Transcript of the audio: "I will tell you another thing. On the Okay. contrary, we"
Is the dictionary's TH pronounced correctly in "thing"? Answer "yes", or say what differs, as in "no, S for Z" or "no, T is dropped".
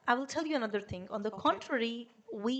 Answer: no, T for TH